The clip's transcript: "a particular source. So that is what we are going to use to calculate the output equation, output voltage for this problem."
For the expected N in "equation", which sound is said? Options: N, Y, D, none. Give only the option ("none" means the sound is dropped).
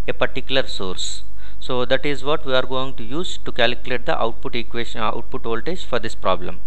none